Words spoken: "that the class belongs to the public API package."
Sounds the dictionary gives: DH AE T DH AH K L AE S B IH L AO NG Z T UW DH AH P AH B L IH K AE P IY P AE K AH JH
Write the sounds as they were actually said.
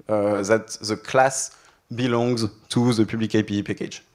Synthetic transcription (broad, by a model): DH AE T DH AH K L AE S B IH L AO NG Z T UW DH AH P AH B L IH K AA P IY P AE K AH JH